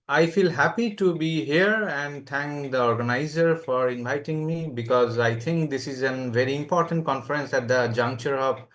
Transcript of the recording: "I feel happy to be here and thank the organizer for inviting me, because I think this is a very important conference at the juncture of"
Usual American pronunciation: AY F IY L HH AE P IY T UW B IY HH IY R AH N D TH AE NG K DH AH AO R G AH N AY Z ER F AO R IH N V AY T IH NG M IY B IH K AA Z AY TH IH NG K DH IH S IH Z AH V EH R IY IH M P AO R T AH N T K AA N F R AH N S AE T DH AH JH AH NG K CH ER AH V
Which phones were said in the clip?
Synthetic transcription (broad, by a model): AY F IY L HH AE P IY T UW B IY HH IY R AH N D T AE NG K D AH AO R G AH N AY Z ER F AO R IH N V AY T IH NG M IY B IH K AA Z AY T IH NG K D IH S IH Z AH V EH R IY IH M P AO R T AH N T K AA N F R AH N S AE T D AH JH AH NG K CH ER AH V